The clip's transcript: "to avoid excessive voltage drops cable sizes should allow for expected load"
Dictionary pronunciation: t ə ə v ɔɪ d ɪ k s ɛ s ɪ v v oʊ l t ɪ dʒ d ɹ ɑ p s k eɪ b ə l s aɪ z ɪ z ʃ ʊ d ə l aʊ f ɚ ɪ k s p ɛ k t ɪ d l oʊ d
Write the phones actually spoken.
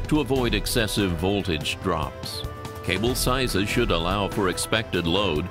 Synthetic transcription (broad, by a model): t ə ə v ɔɪ d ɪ k s ɛ s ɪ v v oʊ l t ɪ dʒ d ɹ ɑ p s k eɪ b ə l s aɪ z ɪ z ʃ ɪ d ə l aʊ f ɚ ɪ k s p ɛ k t ɪ d l oʊ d